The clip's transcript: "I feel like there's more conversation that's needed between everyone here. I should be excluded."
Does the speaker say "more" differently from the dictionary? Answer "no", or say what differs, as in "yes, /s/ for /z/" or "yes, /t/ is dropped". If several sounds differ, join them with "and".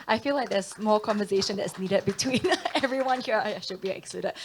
yes, /l/ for /ɹ/